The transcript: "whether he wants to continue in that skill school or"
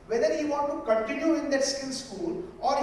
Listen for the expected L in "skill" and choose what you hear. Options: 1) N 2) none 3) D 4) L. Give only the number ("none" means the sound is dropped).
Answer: 1